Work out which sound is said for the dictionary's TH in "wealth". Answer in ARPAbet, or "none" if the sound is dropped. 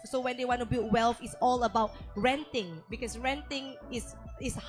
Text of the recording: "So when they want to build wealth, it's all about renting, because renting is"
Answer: F